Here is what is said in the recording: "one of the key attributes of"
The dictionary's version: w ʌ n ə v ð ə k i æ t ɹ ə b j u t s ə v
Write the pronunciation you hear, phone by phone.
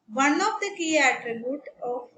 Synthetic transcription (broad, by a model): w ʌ n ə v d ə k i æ t ɹ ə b j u t ə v